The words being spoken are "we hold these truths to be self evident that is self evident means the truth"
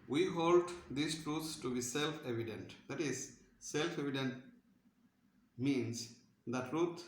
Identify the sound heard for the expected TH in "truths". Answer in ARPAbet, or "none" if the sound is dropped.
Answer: T